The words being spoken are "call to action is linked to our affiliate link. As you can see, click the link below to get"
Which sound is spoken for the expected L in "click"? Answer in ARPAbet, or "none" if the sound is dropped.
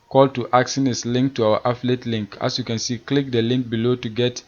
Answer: L